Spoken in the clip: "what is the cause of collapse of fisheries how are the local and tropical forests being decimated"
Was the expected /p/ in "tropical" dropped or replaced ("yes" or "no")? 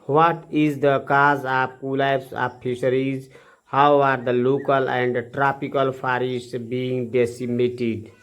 no